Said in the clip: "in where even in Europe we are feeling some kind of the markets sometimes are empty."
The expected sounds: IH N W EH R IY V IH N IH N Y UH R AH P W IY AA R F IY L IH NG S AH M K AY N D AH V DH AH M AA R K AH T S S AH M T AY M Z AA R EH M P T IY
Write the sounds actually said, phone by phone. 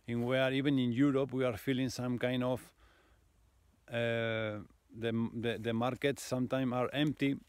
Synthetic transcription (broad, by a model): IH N W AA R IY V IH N IH N Y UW R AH P W IY AA R F IY L IH NG S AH M K AY N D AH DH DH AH M AA R K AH T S S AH M T AY M AA R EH M P T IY